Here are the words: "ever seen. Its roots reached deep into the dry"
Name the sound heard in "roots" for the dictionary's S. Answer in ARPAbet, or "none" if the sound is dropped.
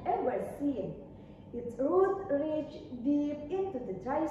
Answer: none